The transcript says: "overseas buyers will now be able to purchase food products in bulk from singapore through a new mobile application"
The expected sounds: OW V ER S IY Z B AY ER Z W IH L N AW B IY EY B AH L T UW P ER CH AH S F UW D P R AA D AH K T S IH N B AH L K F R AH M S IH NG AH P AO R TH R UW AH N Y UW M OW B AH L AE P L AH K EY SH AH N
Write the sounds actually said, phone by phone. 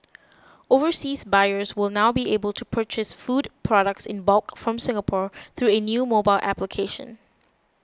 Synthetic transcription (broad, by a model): OW V ER S IY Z B AY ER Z W IH L N AW B IY EY B AH L T UW P ER CH AH S F UW D P R AA D AH K T S IH N B AH L K F R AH M S IH NG AH P AO R TH R UW AH N Y UW M OW B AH L AE P L AH K EY SH AH N